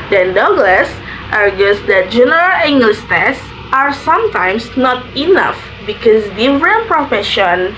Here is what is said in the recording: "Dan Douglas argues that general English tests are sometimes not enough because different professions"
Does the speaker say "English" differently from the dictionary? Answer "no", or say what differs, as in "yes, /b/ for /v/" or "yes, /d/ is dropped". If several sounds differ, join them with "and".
yes, /s/ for /ʃ/